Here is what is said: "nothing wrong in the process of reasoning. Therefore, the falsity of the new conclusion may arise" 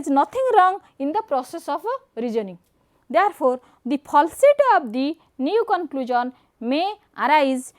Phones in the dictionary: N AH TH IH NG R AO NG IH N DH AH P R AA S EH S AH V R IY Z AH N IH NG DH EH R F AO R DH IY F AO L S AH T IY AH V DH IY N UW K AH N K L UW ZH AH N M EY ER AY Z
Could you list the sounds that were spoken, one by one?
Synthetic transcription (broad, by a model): N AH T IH NG R AO NG IH N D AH P R AA S EH S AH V R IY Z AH N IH NG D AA R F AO R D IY P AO L S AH T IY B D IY N UW K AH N K L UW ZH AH N M EY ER AY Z